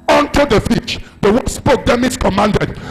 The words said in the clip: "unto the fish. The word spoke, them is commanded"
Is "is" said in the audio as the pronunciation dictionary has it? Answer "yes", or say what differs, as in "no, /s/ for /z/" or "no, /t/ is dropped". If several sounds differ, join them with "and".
no, /s/ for /z/